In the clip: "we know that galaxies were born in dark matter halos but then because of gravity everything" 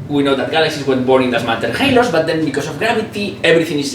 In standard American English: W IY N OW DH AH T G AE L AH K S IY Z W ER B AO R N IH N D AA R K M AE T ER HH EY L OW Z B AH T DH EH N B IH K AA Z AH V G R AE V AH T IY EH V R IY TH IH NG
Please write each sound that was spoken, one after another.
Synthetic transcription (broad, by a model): W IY N OW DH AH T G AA L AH K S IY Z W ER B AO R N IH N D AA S M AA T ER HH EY L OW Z B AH T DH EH N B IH K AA S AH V G R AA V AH T IY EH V R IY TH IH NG